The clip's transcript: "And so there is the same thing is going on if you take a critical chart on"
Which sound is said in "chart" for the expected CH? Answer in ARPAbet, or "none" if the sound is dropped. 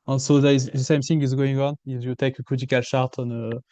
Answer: SH